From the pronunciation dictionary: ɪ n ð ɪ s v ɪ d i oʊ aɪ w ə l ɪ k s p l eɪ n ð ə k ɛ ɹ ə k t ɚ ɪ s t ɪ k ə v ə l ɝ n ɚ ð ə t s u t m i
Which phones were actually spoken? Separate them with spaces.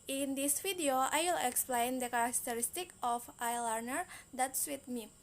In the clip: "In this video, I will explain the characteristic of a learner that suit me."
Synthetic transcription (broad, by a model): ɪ n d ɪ s f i d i oʊ aɪ w ə l ɪ k s p l eɪ n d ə k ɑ ɹ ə k t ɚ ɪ s t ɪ k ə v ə l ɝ n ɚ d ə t s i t m i